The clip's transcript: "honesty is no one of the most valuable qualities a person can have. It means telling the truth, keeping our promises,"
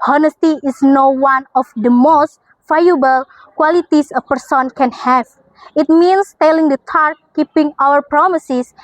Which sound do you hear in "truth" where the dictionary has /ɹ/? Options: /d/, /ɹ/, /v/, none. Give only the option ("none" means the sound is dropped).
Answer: none